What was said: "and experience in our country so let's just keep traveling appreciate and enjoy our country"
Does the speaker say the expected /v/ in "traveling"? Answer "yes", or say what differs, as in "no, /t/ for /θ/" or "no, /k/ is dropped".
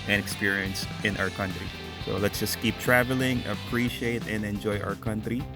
yes